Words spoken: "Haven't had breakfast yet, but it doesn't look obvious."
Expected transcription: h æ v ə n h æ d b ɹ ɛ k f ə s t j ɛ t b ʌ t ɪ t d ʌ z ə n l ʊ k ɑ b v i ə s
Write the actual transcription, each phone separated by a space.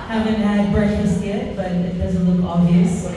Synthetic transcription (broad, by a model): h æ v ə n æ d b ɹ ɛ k ə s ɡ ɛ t b ʌ t ɪ t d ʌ z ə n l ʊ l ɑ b v i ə s